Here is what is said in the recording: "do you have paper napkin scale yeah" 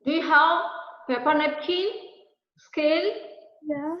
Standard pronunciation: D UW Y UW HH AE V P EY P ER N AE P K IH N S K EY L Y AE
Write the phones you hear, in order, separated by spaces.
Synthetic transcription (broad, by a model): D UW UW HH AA W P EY P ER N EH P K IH S K EY L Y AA